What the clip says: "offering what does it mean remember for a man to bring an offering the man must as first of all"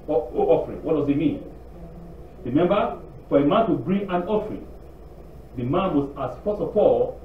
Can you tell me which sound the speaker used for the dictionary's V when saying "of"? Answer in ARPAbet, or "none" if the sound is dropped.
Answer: P